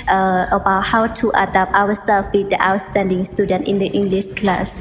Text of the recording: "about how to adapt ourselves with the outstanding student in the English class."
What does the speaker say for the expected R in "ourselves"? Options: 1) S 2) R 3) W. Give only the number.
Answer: 3